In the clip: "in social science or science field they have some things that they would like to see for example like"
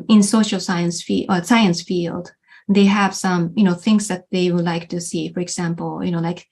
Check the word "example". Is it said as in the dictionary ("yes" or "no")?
no